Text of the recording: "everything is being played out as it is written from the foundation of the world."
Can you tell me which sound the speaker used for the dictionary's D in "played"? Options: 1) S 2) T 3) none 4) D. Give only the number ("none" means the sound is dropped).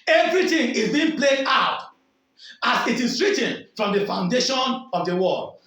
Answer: 3